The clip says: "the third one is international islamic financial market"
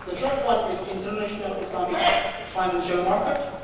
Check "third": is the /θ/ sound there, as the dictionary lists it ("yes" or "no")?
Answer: no